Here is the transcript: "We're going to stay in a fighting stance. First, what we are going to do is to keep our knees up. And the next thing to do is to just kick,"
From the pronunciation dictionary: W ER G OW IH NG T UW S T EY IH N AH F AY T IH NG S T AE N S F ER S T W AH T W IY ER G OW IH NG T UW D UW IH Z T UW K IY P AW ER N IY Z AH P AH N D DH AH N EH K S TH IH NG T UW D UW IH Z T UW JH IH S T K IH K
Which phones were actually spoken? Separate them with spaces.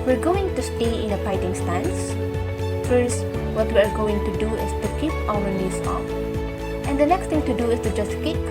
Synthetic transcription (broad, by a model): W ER G OW IH NG T UW S T EY IH N AH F AY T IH NG S T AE N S F ER S T W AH T W IY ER G OW IH NG T UW D UW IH S T UW K IY P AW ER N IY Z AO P AH N D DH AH N EH K S T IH NG T UW D UW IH S T UW JH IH S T K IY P